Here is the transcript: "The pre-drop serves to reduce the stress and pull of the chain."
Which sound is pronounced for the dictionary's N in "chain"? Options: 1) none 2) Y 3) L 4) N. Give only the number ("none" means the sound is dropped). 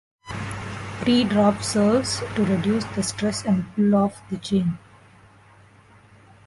4